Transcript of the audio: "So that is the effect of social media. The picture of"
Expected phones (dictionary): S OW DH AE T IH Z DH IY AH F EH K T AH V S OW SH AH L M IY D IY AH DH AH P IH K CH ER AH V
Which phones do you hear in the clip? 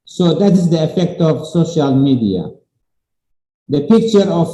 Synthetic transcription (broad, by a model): S OW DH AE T IH Z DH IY AH F EH K T AH V S OW SH AH L M IY D IY AH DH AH P IH K CH ER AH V